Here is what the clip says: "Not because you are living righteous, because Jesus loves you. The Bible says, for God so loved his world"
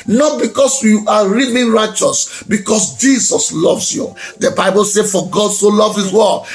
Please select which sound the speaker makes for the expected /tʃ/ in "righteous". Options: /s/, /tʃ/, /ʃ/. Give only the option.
/tʃ/